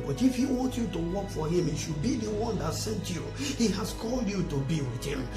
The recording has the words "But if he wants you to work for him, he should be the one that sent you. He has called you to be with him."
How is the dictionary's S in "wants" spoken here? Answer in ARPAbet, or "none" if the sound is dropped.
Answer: none